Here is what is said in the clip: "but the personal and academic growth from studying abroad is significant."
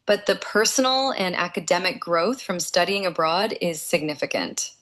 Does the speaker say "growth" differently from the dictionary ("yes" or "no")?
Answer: no